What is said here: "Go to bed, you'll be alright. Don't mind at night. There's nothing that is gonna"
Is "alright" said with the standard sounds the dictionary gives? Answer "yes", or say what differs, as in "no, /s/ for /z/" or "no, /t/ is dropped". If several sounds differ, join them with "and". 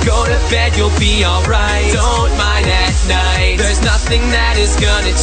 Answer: yes